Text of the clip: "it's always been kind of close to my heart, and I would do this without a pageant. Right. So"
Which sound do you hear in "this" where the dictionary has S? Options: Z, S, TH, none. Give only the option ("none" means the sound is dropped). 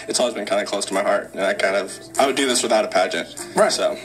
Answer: S